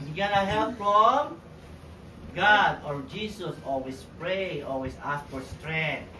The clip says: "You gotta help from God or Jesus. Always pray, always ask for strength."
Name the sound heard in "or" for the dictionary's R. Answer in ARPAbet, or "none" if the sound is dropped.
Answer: R